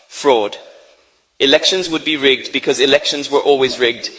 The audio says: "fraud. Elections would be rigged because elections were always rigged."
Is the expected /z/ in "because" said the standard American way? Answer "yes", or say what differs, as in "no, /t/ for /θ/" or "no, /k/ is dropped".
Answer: yes